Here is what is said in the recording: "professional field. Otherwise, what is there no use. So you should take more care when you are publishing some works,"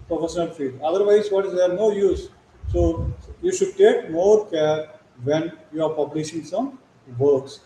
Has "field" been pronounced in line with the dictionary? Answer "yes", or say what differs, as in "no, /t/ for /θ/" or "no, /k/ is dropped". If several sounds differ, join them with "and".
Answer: no, /l/ is dropped